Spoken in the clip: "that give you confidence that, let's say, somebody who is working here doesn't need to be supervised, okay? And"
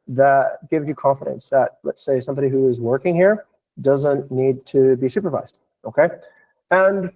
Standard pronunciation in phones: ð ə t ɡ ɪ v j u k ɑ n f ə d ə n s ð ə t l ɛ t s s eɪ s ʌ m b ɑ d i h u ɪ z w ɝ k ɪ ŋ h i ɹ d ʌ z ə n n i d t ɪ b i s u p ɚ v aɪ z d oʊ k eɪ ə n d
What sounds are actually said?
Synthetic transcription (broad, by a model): ð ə t ɡ ɪ v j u k ɑ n f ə d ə n s ð ə t l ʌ t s s eɪ s ʌ m b ɑ d i h u ɪ z w ɝ k ɪ ŋ h i ɹ d ʌ z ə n n i d t ɪ b i s u p ɚ v aɪ z d oʊ k eɪ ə n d